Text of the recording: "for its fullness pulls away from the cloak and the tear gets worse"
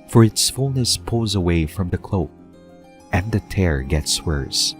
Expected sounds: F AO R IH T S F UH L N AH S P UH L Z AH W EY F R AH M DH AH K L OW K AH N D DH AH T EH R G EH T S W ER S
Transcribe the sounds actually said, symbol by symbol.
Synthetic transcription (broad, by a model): F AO R IH T S F UH L N AH S P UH Z AH W EY F R AH M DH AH K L OW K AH N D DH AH T EH R G EH T S W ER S